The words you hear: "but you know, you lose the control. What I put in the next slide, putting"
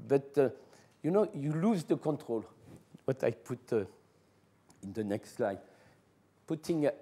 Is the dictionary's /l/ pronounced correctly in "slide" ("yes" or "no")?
yes